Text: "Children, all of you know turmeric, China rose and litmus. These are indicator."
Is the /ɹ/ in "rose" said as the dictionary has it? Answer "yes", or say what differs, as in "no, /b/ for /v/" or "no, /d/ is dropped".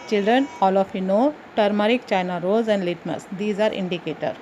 yes